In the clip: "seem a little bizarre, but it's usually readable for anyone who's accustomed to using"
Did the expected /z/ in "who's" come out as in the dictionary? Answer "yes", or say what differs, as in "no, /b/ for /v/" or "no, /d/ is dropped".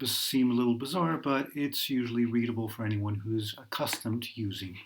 yes